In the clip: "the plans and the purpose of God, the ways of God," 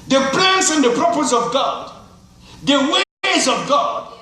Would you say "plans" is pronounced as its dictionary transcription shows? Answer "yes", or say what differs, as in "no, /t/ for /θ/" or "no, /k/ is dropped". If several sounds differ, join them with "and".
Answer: no, /s/ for /z/